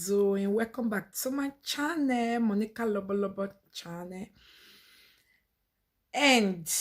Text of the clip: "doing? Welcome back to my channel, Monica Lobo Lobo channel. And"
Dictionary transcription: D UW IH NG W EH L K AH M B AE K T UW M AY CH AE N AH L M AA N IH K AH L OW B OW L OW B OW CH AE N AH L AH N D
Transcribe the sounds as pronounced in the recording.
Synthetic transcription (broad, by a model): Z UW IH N W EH K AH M B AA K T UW M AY CH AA N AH M AA N IH K AH L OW B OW L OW B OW CH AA N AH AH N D